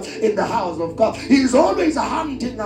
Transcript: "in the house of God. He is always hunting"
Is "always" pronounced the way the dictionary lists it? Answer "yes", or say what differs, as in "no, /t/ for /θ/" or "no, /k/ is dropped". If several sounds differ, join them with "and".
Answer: yes